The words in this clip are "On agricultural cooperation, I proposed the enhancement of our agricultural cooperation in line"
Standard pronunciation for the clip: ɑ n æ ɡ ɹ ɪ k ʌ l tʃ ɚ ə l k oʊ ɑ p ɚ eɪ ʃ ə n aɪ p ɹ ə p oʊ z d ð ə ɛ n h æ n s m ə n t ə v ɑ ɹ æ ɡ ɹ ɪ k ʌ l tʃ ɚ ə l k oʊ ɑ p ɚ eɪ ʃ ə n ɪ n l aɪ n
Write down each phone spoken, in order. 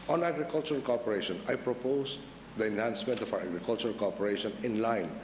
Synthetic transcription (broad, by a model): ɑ n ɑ ɡ ɹ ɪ k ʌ l tʃ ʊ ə l k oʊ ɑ p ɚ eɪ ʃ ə n aɪ p ɹ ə p oʊ s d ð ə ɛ n h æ n s m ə n t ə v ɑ w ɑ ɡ ɹ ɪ k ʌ l tʃ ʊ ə l k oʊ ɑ p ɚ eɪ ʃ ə n ɪ n l aɪ n